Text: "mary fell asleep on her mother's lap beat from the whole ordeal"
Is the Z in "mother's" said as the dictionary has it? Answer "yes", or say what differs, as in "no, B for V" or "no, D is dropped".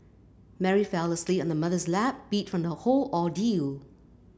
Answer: yes